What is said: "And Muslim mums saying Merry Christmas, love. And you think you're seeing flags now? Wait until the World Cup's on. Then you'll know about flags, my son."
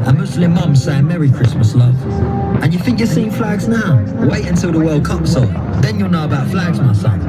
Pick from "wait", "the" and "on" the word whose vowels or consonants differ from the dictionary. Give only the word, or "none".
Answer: on